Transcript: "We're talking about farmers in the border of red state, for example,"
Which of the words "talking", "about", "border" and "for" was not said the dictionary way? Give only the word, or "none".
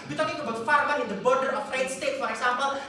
none